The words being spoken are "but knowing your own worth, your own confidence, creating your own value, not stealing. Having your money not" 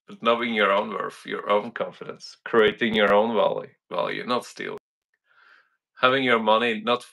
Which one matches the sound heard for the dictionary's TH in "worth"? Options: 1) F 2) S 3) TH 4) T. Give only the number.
1